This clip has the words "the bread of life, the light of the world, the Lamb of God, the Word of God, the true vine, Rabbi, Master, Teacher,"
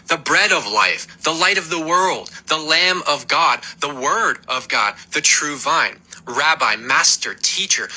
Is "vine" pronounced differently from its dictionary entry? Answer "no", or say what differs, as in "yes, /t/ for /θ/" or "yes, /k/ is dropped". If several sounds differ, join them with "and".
no